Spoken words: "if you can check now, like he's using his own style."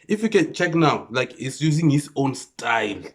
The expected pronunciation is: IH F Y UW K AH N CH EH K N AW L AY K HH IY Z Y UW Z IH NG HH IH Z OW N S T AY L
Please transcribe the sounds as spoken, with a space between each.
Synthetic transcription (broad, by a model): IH F Y UW K AH N CH EH K N AW L AY K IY S Y UW Z IH NG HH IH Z OW N S T AY L